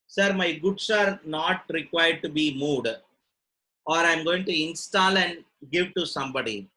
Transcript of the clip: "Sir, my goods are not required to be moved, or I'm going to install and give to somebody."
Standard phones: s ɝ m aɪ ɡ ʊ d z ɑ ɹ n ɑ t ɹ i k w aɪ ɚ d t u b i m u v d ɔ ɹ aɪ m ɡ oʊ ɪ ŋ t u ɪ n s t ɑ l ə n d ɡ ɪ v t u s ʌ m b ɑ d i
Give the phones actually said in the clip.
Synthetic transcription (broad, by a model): s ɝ m aɪ ɡ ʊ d s ɑ ɹ n ɑ t ɹ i k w aɪ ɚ d t u b i m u d ɔ ɹ aɪ m ɡ oʊ ɪ ŋ t u ɪ n s t ɑ l ə n d ɡ ɪ v t u s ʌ m b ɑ d i